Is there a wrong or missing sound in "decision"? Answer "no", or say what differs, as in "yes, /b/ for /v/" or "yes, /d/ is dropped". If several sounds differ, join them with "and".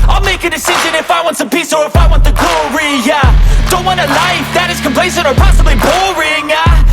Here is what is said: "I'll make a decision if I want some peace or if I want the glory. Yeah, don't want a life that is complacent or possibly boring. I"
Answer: no